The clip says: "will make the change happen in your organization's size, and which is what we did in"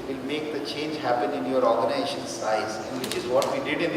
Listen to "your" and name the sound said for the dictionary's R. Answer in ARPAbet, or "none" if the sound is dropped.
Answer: R